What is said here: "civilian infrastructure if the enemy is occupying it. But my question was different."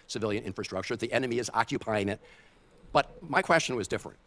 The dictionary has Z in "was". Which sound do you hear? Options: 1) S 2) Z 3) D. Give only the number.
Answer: 2